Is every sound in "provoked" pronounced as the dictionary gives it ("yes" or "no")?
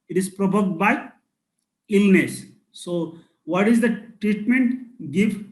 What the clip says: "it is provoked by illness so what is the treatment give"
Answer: no